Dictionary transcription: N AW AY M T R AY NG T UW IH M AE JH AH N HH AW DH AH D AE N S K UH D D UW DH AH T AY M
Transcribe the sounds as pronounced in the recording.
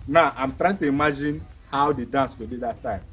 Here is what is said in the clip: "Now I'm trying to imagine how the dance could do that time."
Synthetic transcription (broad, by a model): N AW AY M T R AY NG T UW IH M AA JH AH N HH AW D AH D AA N S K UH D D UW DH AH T AY M